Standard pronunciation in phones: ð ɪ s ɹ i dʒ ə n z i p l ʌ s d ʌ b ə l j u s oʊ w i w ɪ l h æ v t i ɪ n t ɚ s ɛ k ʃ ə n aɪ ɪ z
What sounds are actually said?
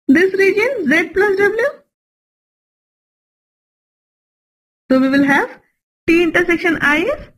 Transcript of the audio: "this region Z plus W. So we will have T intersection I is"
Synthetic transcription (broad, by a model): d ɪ s ɹ i dʒ ə n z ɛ p l ʌ s d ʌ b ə l j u s oʊ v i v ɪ l h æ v t i ɪ n t ɚ s ɛ k ʃ ə n aɪ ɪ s